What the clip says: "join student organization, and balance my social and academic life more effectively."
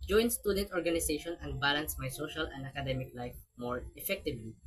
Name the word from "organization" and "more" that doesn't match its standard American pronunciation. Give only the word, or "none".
organization